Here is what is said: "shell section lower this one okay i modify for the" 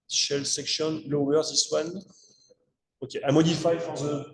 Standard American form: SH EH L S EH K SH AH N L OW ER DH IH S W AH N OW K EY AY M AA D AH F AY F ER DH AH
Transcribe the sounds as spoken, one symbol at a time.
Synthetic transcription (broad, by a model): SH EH L S EH K SH AH N L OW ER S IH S W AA N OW K EY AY M AA D AH F AY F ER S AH